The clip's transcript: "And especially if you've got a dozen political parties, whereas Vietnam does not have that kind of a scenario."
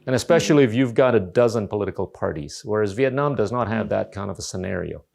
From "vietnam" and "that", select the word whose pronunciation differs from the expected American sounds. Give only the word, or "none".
none